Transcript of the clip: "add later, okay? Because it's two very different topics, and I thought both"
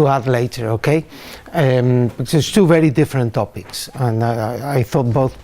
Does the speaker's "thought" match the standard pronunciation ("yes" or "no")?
yes